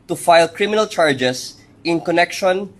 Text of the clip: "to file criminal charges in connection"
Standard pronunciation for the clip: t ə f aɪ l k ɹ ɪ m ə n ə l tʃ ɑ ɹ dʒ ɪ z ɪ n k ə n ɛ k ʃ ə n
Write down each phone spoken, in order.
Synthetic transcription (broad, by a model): t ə f aɪ l k ɹ ɪ m ə n ə l tʃ ɑ ɹ dʒ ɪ s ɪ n k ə n ɛ k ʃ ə n